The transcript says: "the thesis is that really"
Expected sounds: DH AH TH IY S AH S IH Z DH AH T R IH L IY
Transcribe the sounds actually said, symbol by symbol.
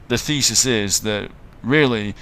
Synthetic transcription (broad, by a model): DH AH TH IY S AH S IH Z DH AH T R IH L IY